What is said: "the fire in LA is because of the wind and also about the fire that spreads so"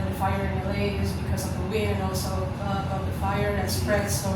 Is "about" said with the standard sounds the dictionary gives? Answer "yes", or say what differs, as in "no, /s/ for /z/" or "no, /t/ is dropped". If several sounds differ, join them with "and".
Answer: no, /b/ is dropped